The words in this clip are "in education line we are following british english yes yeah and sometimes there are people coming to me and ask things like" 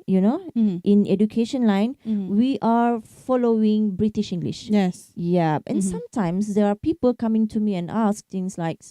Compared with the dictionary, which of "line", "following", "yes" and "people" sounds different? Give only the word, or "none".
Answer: none